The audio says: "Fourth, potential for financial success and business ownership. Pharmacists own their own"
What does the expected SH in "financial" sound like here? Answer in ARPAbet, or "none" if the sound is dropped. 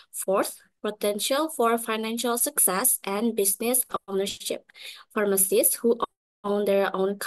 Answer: SH